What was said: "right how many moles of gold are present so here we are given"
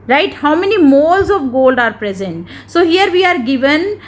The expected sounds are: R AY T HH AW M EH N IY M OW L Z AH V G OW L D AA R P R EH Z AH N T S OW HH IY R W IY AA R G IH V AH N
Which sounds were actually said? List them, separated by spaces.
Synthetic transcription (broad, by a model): R AY T HH AW M EH N IY M OW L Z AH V G OW L D AA R P R EH Z AH N T S OW HH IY R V IY AA R G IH V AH N